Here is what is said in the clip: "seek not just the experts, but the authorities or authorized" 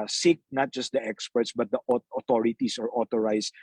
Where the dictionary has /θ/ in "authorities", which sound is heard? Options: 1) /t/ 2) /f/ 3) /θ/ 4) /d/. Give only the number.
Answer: 1